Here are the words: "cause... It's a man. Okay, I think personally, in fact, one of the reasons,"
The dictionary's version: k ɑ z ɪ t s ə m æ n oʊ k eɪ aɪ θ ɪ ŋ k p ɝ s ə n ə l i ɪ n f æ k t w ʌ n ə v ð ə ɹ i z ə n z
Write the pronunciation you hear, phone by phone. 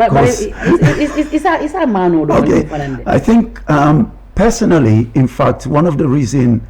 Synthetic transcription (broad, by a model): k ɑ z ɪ s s ə m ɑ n oʊ k eɪ aɪ θ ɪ ŋ k p ɝ s ə n ə l i ɪ n f æ k t w ʌ n ə v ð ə ɹ i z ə n